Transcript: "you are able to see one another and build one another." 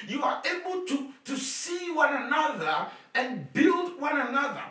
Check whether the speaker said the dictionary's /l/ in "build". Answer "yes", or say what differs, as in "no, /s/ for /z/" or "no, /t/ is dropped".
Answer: yes